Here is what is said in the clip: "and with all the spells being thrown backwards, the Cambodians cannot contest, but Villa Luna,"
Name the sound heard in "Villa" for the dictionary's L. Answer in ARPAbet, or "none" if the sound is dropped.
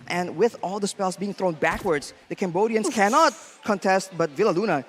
L